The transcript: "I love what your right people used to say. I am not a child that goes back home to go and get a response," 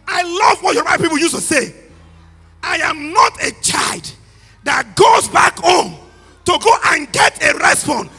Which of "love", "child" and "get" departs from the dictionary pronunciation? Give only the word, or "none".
none